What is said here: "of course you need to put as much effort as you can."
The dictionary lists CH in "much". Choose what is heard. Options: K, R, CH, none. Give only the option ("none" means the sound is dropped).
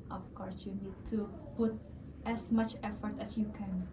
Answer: CH